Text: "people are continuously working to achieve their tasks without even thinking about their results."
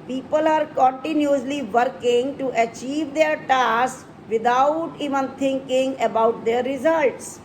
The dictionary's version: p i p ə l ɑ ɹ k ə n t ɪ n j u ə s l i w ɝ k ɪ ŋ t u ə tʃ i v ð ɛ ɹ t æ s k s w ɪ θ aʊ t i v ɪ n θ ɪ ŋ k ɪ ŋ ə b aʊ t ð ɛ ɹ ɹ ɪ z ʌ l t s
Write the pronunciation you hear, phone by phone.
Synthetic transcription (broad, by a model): p i p ə l ɑ ɹ k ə n t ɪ n j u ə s l i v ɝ k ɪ ŋ t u ə tʃ i v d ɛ ɹ t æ s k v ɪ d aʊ t i v ɪ n t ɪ ŋ k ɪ ŋ ə b aʊ t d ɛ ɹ ɹ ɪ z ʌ l t s